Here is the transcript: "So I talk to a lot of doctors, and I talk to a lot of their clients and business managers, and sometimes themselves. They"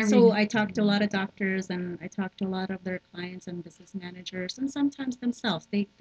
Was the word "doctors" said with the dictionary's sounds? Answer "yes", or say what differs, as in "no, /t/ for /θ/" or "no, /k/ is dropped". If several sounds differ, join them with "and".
yes